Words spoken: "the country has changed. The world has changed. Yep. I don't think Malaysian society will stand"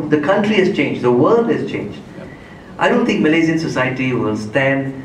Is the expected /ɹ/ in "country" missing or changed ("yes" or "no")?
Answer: no